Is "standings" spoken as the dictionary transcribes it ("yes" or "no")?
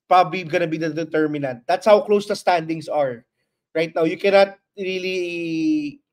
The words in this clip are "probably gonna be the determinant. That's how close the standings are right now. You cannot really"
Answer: no